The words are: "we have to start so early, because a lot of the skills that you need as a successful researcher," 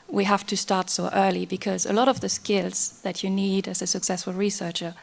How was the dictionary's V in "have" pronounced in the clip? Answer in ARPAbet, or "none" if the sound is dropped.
F